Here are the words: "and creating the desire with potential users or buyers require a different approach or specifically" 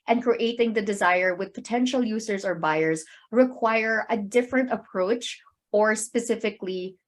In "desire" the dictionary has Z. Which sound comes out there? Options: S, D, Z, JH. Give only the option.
Z